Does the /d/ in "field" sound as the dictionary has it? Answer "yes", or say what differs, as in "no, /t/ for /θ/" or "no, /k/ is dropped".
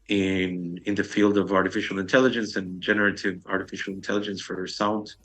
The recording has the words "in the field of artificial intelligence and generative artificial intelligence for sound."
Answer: yes